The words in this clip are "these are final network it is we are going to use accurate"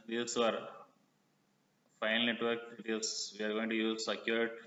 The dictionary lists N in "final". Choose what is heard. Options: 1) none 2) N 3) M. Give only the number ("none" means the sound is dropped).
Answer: 1